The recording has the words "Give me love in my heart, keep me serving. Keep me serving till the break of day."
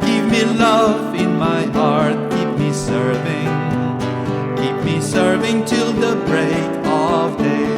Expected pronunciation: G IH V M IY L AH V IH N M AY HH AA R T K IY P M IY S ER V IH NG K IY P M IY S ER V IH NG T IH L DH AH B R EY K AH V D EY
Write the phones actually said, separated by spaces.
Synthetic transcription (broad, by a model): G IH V M IY L AH V IH N M AY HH AA R T K IY P M IY S ER V IH NG K IY P M IY S ER V IH NG T IH L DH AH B R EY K AH V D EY